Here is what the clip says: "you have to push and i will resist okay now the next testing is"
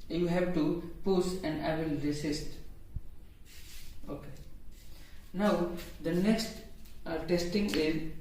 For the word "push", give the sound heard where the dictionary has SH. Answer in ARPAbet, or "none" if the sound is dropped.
S